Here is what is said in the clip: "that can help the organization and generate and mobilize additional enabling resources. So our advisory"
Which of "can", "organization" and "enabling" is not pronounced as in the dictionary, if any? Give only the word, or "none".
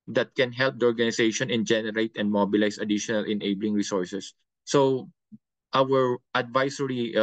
organization